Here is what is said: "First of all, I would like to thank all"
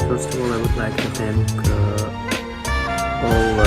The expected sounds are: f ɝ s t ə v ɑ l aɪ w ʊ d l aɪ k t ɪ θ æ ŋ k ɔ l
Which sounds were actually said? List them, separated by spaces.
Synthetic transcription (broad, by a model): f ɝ s t ə v ɑ l aɪ w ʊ d l aɪ k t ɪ s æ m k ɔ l